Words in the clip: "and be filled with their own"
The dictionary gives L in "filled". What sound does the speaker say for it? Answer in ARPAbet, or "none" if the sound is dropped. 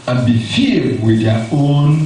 none